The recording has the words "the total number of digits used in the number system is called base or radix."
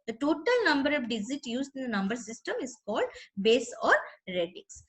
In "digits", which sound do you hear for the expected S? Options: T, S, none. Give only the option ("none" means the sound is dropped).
none